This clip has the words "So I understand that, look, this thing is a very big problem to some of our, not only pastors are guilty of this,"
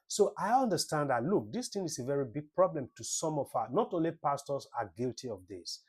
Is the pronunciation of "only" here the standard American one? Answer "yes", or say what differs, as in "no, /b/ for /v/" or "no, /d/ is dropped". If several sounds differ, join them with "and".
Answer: yes